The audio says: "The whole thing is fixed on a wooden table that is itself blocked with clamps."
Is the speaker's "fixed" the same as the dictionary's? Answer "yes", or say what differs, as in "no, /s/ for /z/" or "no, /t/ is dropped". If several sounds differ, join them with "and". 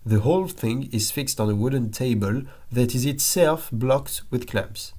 yes